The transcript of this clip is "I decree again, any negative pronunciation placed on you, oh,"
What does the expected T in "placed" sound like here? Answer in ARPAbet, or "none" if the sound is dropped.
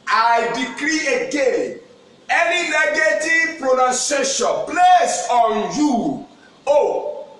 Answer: none